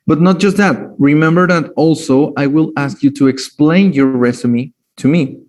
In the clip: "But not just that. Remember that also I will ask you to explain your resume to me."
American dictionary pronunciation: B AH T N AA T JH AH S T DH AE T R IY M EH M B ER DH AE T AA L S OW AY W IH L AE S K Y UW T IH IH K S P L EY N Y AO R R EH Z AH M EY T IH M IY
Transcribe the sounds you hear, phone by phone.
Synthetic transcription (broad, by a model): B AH T N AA T JH AH S T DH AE T R IY M EH M B ER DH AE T AA L S OW AY W IH L AE S K Y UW T IH IH K S P L EY N Y AO R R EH S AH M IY T IH M IY